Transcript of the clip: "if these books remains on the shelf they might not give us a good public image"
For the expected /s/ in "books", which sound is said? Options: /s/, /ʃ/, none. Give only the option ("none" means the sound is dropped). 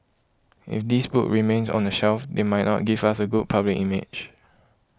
none